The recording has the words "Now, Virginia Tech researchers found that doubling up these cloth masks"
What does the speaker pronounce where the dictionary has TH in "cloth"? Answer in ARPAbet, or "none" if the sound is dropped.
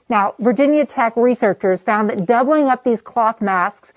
TH